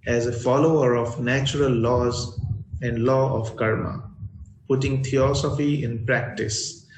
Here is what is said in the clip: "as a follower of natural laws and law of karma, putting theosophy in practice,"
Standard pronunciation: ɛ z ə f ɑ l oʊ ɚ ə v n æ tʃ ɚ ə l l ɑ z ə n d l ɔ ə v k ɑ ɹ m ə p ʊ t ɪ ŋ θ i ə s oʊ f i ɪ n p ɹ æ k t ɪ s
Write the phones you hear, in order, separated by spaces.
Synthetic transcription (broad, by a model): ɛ z ə f ɑ l oʊ ɚ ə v n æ tʃ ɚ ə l l ɑ z ə n d l ɔ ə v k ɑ ɹ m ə p ʊ t ɪ ŋ t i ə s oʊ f i ɪ n p ɹ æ k t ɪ s